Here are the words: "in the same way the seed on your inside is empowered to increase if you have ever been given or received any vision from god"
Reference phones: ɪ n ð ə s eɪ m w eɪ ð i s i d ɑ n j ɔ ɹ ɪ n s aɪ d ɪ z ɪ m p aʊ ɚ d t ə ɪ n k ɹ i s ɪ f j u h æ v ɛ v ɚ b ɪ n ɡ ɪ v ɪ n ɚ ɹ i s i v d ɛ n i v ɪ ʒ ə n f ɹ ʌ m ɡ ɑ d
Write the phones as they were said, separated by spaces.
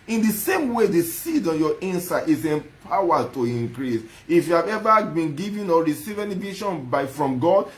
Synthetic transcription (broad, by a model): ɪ n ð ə s eɪ m w eɪ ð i s i d ɑ n j ɔ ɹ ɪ n s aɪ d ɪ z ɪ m p aʊ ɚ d t ə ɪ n k ɹ i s ɪ f j u h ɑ v ɛ v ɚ b ɪ n ɡ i v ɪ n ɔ ɹ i s i v ɛ n i v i ʃ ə n f ɹ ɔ m ɡ ɑ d